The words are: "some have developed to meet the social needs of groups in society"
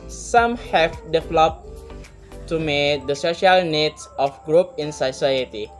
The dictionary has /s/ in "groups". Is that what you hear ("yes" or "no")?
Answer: no